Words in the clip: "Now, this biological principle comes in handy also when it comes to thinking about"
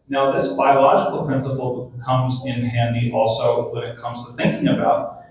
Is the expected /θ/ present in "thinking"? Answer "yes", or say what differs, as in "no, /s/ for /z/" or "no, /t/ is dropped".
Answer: yes